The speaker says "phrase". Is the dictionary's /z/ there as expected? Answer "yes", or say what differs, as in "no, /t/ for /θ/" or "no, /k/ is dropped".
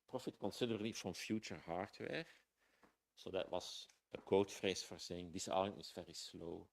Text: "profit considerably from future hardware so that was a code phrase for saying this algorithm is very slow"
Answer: no, /s/ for /z/